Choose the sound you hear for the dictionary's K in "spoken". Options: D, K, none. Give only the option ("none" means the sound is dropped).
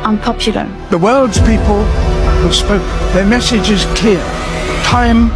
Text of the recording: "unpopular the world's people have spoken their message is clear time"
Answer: none